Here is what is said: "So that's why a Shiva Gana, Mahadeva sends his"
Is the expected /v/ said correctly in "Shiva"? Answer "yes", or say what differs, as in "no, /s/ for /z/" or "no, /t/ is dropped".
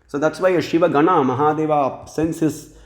yes